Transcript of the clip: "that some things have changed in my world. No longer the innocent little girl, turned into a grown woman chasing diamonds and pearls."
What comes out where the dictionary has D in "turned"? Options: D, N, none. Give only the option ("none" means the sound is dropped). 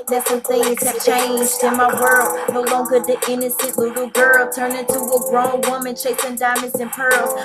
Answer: none